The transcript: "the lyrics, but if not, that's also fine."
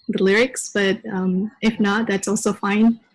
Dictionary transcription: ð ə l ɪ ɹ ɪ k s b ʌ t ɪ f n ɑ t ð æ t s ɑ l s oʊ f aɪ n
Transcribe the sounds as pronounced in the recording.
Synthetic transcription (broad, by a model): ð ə l ɪ ɹ ɪ k s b ʌ t ɪ f n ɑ t ð æ t s ɑ l s oʊ f aɪ n